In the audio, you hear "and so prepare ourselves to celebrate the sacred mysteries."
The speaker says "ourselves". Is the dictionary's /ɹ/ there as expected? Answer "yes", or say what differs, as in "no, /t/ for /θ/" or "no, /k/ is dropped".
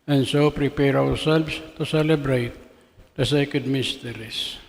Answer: no, /w/ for /ɹ/